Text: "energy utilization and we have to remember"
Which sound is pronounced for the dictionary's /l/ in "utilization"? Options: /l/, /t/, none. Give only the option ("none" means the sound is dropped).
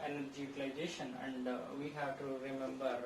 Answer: none